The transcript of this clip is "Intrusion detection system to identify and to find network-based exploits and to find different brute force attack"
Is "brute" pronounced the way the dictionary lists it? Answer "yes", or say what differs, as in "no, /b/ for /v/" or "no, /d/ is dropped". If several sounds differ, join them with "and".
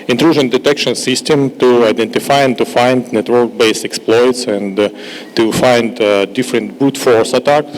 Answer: no, /ɹ/ is dropped